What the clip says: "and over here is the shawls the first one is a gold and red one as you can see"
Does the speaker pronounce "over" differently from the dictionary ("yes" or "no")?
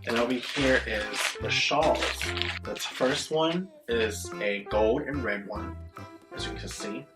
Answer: yes